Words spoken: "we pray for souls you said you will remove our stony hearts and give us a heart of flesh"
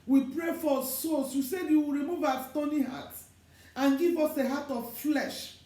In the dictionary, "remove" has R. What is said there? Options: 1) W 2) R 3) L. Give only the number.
2